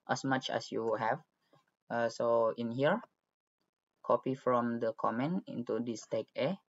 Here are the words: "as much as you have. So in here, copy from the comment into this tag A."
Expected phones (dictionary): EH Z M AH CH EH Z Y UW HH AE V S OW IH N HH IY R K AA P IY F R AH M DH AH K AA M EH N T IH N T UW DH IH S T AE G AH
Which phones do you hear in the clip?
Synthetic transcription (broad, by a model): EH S M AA CH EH S Y UW HH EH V S OW IH N HH IY R K AA P IY F R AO M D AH K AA M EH N IH N T UW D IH S T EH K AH